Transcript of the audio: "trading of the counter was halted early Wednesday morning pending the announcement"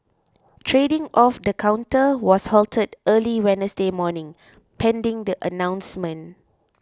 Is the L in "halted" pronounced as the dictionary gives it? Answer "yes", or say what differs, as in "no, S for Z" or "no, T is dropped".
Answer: yes